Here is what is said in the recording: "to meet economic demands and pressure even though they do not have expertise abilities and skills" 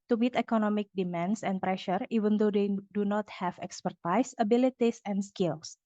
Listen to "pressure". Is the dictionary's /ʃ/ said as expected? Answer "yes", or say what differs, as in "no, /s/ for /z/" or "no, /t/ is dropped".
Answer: yes